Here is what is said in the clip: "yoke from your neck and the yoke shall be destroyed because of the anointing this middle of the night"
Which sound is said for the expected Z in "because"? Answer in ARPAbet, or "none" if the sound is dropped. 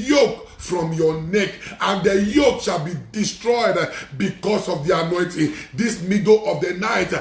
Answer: S